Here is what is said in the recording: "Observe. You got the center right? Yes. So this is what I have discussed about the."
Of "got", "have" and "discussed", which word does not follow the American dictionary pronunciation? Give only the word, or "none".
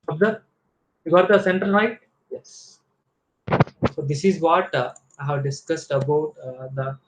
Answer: none